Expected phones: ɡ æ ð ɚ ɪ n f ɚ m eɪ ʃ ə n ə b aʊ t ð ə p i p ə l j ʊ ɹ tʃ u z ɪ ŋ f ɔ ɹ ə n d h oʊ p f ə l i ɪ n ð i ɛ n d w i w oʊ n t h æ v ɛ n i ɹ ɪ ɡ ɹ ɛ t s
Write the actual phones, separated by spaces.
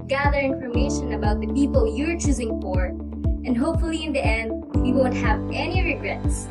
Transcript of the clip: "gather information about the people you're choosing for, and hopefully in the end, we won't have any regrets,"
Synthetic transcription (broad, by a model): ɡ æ ð ɚ ɪ n f ɚ m eɪ ʃ ə n ə b aʊ t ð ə p i p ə l j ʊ ɹ tʃ u z ɪ ŋ f ɔ ɹ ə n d h oʊ p f ə l i ɪ n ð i ɛ n d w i w oʊ n t h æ v ɛ n i ɹ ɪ ɡ ɹ ɛ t s